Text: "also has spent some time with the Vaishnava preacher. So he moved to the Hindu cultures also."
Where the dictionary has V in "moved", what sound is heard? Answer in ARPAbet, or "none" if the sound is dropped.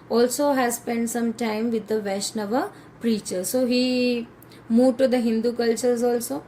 none